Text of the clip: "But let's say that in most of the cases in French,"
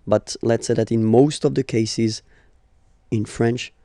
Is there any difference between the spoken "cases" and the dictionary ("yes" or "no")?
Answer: no